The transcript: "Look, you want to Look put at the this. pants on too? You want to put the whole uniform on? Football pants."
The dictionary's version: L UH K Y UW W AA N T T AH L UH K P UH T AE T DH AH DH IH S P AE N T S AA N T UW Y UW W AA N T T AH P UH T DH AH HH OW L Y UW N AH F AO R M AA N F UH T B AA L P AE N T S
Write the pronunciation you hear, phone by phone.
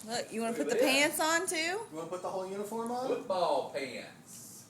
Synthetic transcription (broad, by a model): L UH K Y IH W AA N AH P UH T T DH DH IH P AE N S N T UW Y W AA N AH P UH T DH AH HH OW L Y UW N AH F AO R M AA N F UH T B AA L P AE N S